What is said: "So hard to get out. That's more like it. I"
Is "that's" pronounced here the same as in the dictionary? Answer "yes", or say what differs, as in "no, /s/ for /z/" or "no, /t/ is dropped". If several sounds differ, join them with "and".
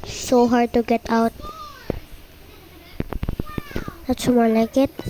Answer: no, /ʃ/ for /s/